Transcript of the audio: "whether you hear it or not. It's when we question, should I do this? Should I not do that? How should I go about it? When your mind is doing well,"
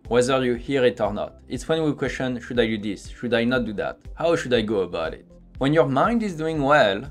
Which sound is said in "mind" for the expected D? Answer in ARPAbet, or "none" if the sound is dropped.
D